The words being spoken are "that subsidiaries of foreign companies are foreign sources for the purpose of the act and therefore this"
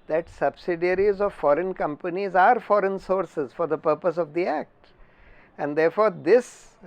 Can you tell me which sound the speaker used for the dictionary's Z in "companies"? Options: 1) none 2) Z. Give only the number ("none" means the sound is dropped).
2